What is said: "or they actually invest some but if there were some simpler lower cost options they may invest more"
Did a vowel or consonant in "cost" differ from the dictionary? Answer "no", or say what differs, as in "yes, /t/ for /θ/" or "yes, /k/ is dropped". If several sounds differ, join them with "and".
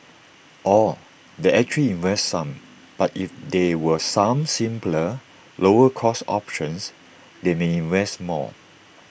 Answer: yes, /t/ is dropped